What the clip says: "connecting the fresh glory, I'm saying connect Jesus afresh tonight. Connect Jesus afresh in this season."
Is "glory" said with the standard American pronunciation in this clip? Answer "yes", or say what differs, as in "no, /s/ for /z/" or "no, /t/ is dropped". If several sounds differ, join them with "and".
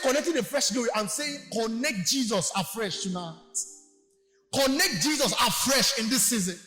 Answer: no, /l/ is dropped and /ɹ/ is dropped